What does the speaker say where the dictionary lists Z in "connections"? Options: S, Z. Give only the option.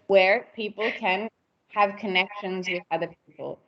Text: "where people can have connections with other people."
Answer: Z